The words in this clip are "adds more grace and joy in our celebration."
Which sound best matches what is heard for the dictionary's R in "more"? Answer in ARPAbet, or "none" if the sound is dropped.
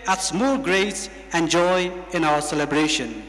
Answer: L